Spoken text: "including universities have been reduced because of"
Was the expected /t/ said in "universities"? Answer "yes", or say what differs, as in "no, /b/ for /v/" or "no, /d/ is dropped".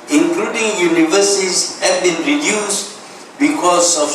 no, /s/ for /t/